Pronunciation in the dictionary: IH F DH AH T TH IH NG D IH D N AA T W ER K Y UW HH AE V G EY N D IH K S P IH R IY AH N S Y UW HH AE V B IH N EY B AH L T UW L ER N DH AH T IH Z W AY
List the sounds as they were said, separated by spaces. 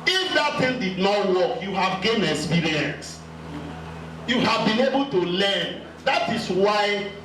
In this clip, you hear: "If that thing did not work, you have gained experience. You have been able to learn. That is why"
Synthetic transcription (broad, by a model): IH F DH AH T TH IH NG D IH D N AA T W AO K Y UW HH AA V G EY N IH K S P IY R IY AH N S Y UW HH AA V B IH N EY B AH L T UW L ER N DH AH T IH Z W AY